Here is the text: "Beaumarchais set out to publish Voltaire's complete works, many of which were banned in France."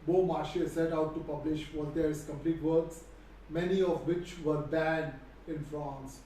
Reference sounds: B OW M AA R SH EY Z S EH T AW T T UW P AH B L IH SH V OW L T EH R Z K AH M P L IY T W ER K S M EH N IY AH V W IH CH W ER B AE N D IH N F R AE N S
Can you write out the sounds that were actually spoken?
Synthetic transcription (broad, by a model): B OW M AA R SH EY S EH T AW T T UW P AH B L IH SH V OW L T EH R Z K AH M P L IY T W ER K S M EH N IY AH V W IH CH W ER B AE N IH N F R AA N S